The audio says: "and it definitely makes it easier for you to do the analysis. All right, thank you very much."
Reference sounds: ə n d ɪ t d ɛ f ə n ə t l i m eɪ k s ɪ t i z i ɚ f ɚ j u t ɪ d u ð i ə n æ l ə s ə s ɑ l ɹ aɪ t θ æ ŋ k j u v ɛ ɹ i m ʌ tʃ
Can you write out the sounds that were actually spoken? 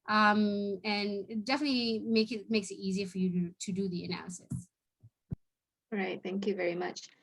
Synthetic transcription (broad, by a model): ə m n ɪ t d ɛ f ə n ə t l i m eɪ k s ɪ t i z i ɚ f ɚ j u t ɪ d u ð i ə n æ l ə s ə s ɹ aɪ t θ æ ŋ k j u v ɛ ɹ i m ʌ tʃ